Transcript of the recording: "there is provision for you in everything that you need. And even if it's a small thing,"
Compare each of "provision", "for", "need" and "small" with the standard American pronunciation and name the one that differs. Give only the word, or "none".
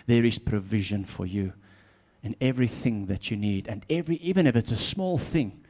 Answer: none